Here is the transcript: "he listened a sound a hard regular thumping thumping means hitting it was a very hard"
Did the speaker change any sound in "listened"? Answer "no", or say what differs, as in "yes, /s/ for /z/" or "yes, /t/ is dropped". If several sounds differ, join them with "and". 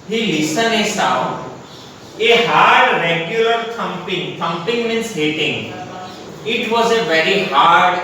yes, /d/ is dropped